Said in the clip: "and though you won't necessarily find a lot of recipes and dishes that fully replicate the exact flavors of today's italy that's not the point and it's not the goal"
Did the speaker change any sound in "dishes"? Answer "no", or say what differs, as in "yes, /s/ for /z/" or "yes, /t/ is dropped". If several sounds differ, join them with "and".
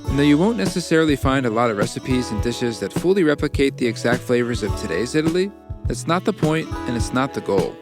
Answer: no